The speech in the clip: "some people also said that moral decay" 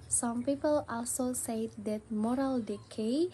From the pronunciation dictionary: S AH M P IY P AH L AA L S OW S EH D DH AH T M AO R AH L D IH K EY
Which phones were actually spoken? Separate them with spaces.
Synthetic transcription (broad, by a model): S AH M P IY P AH L AA L S OW S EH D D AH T M AO R AH L D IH K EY